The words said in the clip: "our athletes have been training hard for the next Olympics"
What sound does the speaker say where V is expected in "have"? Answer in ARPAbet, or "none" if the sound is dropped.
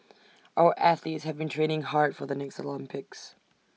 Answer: V